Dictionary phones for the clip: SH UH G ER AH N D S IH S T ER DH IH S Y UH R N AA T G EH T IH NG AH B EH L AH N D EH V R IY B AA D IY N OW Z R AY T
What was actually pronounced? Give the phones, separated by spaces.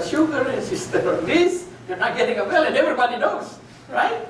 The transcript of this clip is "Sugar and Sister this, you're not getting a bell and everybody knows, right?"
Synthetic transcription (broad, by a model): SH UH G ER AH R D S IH S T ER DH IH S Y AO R N AA T G EH T IH NG AH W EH L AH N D EH V R IY B AA D IY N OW S R AY T